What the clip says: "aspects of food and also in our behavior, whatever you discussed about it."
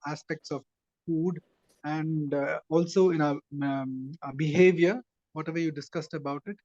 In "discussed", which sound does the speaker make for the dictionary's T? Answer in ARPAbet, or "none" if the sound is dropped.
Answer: T